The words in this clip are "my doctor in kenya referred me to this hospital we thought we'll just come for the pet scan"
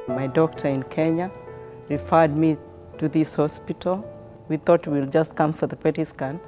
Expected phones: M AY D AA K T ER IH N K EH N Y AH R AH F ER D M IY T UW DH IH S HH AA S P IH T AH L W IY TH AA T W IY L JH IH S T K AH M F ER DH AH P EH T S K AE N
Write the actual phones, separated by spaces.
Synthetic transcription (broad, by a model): M AY D AA K T ER IH N K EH N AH R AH F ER D M IY T UW DH IH S HH AA S P IH T AH L W IY TH AA T W IY L JH IH S T K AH M F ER DH AH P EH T S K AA N